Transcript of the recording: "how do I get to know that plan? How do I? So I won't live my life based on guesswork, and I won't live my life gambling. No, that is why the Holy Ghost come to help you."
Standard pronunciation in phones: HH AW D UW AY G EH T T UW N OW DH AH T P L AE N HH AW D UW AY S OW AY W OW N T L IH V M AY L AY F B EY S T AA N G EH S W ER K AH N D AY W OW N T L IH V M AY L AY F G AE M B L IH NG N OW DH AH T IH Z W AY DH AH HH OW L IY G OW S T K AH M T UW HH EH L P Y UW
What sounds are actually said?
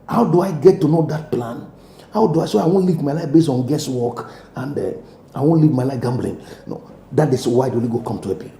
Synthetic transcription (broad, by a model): HH AW D UW AY G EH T T UW N OW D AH T P L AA N HH AW D UW AY S OW AY W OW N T L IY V M AY L AY F B EY S T AA N G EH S W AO K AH N D AY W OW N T L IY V M AY L AY F G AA M B L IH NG N OW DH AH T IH S W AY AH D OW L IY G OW K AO M T UW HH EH P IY